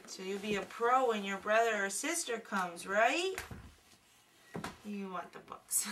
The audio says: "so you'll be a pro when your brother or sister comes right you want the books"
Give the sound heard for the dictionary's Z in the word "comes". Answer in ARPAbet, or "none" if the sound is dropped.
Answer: Z